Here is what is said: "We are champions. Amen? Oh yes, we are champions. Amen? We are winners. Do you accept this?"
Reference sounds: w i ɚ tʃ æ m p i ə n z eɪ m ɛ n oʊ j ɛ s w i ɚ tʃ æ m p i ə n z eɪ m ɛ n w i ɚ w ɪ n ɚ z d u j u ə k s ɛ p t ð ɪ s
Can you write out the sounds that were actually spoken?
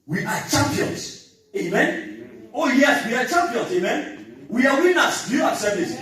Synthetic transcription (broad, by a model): w i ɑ tʃ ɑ m p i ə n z eɪ m ɛ n oʊ j ɛ s w i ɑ tʃ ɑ m p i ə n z eɪ m ɛ n w i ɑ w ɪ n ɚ s d u j u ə s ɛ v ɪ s